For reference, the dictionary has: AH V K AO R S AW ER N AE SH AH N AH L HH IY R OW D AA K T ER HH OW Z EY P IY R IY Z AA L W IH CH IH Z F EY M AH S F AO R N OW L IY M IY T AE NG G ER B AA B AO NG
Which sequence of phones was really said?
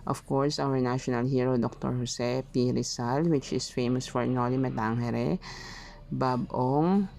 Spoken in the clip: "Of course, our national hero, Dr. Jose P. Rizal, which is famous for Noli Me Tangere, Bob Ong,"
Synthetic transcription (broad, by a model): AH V K AO R S AW ER N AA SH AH N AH L HH IY R OW D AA K T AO HH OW S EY P IY R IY S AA L W IH CH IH S F EY M AH S F AO R N OW L IY M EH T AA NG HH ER B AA B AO NG